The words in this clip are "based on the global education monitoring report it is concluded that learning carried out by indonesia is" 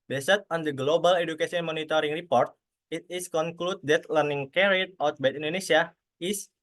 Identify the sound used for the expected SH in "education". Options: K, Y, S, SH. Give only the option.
S